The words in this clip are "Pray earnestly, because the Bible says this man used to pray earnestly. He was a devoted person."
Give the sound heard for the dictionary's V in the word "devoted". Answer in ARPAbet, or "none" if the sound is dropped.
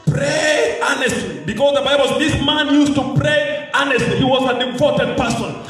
P